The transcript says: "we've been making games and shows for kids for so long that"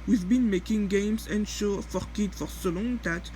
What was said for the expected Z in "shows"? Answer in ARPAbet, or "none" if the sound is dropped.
none